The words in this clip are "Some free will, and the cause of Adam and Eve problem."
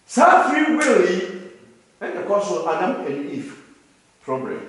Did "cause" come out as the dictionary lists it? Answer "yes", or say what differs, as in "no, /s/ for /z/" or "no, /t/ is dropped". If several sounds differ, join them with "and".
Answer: no, /s/ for /z/